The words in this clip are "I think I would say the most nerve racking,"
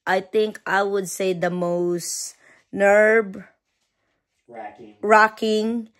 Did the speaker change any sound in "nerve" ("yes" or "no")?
yes